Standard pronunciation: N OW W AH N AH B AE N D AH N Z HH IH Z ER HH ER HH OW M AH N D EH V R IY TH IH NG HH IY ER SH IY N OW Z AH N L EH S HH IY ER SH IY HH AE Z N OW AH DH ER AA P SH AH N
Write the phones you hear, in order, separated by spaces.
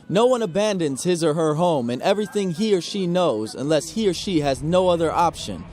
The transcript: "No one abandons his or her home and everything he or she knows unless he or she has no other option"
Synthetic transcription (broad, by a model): N OW W AH N AH B AE N D AH N Z HH IH Z ER HH ER HH OW M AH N EH V R IY TH IH NG HH IY ER SH IY N OW Z AH N L EH S HH IY ER SH IY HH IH Z N OW AH DH ER AA P SH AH N